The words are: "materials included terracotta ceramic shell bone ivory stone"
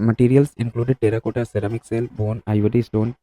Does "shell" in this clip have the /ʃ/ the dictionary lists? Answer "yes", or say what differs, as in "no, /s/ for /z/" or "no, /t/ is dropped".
no, /s/ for /ʃ/